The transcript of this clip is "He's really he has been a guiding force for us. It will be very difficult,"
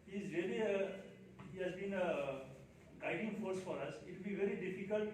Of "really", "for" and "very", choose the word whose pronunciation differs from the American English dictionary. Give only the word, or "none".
really